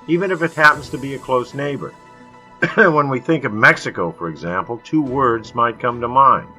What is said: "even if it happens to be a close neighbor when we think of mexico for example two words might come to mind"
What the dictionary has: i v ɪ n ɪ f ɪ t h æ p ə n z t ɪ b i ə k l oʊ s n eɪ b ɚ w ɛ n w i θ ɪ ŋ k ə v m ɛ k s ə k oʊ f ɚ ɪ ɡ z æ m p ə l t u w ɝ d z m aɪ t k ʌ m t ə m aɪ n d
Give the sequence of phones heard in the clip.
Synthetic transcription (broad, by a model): i v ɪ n ɪ f ɪ t h æ p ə n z t ɪ b i ə k l oʊ s n eɪ b ɚ w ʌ n w i θ ɪ ŋ k ə v m ɛ k s ə k oʊ f ɚ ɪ ɡ z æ m p l t u w ɝ d z m aɪ t k ʌ m t ə m aɪ n